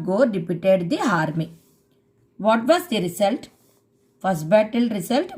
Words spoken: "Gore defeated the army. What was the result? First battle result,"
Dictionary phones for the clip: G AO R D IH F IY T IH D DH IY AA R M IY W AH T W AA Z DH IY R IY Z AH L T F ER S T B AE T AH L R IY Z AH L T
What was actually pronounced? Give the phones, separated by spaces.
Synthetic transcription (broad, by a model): G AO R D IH P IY T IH D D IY AA R M IY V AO T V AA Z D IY R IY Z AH L T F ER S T B AE T AH L R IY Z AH L T